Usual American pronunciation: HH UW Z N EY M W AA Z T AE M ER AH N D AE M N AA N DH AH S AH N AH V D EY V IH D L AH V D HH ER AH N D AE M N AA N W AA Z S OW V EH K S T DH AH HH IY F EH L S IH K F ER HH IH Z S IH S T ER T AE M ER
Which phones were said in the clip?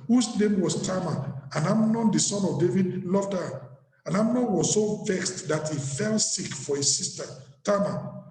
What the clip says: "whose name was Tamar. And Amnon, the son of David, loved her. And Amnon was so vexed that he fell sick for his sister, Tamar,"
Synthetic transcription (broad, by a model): HH UW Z N EY M W AA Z T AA M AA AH N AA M N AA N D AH S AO N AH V D EY V IH D L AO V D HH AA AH N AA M N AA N W AA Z S OW V EH K S T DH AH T IY F EH L S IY K F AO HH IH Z S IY S T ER T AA M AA